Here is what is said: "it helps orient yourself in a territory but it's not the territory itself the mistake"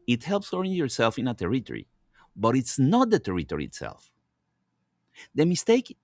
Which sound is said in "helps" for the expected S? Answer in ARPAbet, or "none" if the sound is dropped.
S